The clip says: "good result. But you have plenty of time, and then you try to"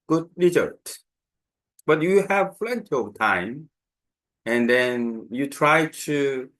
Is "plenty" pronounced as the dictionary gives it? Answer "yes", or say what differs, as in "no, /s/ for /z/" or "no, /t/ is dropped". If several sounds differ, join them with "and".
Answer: no, /f/ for /p/